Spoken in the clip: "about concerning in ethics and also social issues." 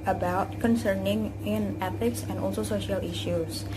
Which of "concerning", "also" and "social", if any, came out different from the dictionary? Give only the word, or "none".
none